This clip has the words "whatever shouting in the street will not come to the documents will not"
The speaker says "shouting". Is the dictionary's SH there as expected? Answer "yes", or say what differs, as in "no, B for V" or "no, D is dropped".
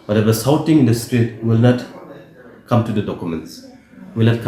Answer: no, S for SH